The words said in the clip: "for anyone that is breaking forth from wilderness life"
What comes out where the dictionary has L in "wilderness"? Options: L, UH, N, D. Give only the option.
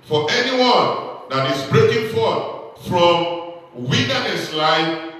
N